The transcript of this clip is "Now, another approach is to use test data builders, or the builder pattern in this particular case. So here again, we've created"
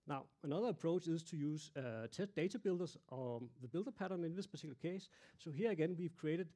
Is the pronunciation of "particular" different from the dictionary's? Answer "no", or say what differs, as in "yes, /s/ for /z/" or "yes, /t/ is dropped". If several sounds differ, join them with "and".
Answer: yes, /s/ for /t/